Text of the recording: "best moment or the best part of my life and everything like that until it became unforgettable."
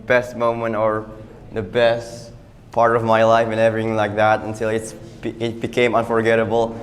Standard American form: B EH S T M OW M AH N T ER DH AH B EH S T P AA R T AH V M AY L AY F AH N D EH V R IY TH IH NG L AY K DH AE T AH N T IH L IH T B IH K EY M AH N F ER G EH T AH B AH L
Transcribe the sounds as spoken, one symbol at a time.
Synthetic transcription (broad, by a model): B EH S T M OW M AH N T ER DH AH B EH S T P AA R T AH V M AY L AY F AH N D EH V R IY TH IH NG L AY K DH AE T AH N T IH L IH T B IH K EY M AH N F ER G EH T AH B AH L